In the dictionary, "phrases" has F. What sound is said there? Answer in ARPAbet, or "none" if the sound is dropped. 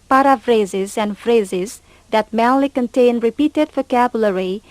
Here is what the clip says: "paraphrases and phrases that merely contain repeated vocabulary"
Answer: F